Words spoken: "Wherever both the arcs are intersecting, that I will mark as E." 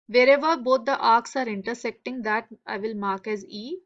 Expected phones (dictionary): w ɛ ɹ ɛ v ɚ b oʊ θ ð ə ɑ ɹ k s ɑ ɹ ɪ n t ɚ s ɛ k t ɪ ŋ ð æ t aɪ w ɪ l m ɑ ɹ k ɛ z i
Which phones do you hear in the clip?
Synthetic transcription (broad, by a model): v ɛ ɹ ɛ v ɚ b oʊ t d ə ɑ ɹ k s ɑ ɹ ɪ n t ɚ s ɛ k t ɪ ŋ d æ t aɪ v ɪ l m ɑ ɹ k ɛ z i